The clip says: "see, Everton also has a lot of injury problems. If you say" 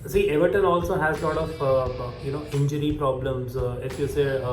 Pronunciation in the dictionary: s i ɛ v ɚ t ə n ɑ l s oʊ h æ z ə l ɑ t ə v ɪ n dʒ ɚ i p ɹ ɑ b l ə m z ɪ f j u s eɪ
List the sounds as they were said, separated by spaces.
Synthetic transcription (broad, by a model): s i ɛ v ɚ t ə n ɑ l s oʊ h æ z ə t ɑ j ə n ɪ n dʒ ɚ i p ɹ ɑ b l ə m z ɪ f j u s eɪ